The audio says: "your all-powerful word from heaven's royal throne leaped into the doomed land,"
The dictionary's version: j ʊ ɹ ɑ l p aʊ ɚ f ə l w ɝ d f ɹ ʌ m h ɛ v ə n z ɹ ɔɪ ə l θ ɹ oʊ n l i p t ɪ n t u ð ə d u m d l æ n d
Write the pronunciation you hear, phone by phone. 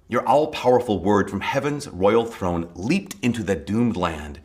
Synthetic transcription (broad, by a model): j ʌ ɹ ɑ l p aʊ ɚ f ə l w ɝ d f ɹ ʌ m h ɛ v ə n z ɹ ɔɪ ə l θ ɹ oʊ n l i p t ɪ n t u ð ə d u m d l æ n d